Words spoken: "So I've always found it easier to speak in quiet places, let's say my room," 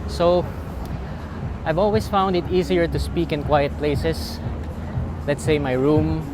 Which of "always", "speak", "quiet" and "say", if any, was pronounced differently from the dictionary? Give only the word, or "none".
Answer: always